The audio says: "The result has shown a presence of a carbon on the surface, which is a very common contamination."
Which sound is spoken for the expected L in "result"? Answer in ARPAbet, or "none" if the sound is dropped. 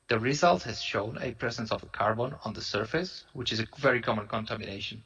L